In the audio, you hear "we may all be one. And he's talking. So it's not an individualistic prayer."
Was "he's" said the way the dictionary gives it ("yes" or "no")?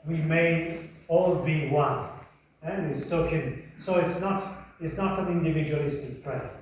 no